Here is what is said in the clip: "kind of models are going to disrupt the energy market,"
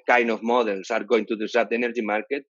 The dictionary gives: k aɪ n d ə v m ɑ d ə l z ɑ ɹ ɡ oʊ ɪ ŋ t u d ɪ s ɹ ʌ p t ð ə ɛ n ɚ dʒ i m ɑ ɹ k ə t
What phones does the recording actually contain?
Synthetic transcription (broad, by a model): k aɪ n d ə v m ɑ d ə l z ɑ ɹ ɡ oʊ ɪ ŋ t u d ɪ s ɑ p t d ɛ n ɚ dʒ i m ɑ ɹ k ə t